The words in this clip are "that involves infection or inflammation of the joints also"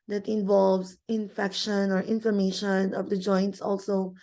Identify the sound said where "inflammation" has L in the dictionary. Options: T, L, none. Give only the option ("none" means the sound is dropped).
none